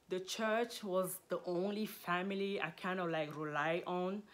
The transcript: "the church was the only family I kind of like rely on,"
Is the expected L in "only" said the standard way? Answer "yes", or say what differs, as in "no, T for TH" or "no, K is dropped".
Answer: yes